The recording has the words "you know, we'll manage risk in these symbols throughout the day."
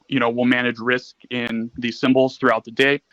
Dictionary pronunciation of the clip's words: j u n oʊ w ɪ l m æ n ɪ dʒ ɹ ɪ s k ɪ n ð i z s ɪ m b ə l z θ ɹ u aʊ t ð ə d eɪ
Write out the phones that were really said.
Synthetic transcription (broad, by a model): j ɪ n oʊ w ɪ l m æ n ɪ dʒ ɹ ɪ s k ɪ n ð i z s ɪ m b l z θ ɹ u aʊ t ð ə d eɪ